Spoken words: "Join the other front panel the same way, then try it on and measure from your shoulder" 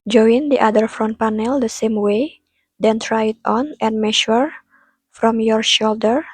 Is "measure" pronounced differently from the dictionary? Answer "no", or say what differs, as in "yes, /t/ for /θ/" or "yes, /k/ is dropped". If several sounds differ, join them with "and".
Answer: yes, /ʃ/ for /ʒ/